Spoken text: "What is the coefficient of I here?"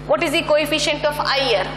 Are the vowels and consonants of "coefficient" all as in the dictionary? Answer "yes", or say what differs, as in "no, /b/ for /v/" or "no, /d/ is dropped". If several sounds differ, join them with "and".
yes